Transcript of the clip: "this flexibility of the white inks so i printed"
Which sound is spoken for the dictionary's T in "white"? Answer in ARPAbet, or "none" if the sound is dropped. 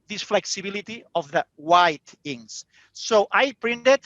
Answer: T